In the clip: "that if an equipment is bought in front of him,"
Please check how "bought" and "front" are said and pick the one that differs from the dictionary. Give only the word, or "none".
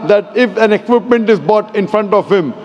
none